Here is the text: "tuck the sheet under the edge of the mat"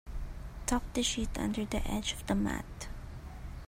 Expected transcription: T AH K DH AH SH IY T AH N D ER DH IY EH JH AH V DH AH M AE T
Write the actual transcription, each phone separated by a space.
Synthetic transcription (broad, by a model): T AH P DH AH SH IY T AH N D ER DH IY EH JH AH V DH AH M AE T